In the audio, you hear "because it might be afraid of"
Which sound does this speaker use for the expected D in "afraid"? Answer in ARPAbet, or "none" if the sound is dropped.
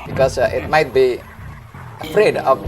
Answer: D